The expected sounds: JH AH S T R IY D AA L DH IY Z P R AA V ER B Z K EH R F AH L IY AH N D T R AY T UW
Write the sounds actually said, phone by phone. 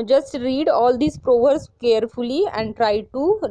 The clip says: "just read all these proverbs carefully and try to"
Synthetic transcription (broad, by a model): JH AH S T R IY D AA L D IY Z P R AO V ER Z K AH R F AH L IY AH N D T R AY T UW